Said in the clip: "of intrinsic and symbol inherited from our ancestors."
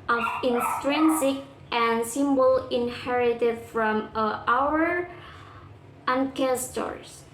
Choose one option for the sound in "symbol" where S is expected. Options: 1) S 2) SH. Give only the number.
1